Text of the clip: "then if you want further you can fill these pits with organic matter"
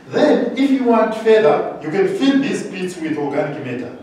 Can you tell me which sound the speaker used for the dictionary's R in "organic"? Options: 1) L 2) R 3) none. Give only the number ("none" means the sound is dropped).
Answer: 1